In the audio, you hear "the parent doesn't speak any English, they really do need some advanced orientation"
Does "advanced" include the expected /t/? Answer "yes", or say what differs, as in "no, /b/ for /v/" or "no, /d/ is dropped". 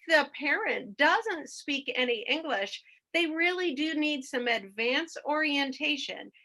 no, /t/ is dropped